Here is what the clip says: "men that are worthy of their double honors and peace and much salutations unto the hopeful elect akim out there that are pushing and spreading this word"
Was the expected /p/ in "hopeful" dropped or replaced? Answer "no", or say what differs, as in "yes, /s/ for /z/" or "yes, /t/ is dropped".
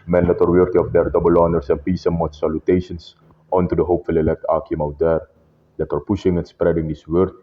no